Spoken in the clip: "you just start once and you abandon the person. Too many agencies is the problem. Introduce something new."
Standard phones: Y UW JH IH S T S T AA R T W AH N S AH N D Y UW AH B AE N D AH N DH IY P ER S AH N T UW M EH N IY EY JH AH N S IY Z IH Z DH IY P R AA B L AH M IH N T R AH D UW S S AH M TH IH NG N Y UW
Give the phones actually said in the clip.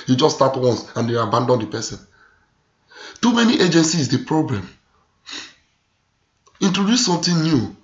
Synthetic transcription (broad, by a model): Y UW JH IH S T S T AA T W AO N S AH N D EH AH B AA N D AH N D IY P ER S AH N T UW M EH N IY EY JH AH N S IY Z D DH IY P R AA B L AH M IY N T R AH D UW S S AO M T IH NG N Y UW